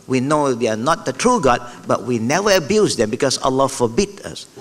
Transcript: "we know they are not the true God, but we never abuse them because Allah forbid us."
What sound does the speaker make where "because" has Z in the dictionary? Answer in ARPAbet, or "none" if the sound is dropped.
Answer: S